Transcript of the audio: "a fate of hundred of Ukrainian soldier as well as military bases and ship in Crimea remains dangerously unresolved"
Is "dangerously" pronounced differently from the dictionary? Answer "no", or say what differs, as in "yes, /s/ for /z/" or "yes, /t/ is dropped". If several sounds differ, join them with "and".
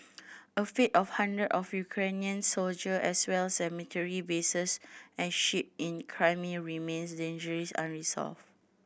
yes, /l/ is dropped